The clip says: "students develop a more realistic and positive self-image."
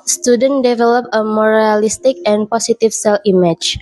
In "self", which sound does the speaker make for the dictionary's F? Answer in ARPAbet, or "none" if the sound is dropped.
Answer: none